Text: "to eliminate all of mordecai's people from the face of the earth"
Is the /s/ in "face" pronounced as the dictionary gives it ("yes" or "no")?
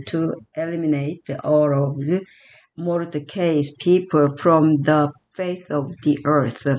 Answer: no